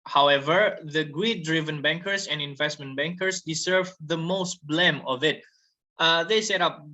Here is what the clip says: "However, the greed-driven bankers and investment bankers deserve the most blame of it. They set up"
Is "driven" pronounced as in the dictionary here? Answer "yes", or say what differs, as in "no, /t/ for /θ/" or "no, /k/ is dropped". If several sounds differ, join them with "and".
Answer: yes